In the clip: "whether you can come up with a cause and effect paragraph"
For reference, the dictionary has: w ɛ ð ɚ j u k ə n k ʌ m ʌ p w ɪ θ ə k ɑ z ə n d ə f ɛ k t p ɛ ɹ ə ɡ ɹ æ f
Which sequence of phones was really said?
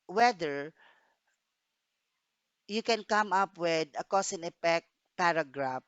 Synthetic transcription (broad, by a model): w ɛ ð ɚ j u k ə n k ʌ m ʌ p w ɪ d ə k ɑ s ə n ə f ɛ k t p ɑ ɹ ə ɡ ɹ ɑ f